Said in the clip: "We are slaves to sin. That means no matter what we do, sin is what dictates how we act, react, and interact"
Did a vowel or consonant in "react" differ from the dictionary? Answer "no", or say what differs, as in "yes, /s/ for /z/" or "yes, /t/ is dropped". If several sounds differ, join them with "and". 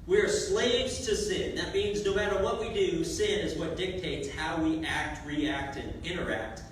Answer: no